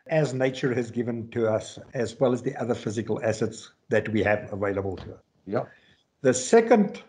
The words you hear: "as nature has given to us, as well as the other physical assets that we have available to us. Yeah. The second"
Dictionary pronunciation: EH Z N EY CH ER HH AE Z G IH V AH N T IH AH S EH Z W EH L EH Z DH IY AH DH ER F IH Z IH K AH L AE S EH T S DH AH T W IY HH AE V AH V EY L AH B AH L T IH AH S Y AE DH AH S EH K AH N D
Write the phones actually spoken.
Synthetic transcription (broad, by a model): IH Z N EY CH ER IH Z G IH V AH N T IH AH S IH Z W EH L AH Z DH IY AH DH ER F IH Z IH K AH L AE S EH T S DH AH T W IY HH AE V AH V EY L AH B AH L T IH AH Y DH AH S EH K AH N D